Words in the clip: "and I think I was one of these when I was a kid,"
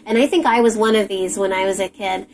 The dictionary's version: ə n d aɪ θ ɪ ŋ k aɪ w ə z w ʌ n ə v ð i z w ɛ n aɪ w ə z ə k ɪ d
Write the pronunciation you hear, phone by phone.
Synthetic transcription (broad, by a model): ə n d aɪ θ ɪ ŋ k aɪ w ə z w ʌ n ə v ð i z w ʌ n aɪ w ə z ə k ɪ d